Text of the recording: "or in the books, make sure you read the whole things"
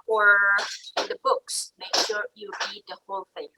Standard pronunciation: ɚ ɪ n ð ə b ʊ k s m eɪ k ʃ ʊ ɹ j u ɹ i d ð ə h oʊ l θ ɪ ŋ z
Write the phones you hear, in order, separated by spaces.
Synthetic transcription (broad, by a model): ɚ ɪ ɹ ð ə b ʊ k s m eɪ k ʃ ʊ ɹ j u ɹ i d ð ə h oʊ l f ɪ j